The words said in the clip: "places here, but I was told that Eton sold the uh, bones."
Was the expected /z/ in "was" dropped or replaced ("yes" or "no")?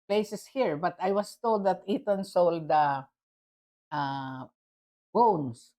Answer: yes